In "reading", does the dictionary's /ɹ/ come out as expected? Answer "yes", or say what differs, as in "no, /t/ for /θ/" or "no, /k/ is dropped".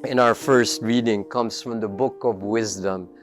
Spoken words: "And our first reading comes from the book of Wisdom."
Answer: yes